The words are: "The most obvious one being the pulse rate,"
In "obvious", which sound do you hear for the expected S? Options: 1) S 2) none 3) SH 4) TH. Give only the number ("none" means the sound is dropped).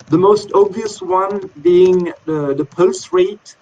1